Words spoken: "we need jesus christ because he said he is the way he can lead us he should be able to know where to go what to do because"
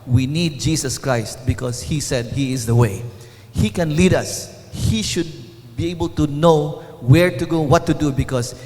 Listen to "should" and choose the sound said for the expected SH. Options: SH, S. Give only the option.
SH